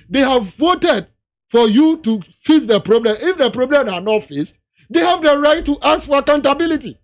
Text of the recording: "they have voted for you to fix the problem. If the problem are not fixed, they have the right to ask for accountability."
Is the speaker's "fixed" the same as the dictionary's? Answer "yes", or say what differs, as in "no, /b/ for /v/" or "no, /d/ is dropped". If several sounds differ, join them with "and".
no, /k/ is dropped